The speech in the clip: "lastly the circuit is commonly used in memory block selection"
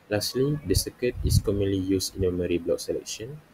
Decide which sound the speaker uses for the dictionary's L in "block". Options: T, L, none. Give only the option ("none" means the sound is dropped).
L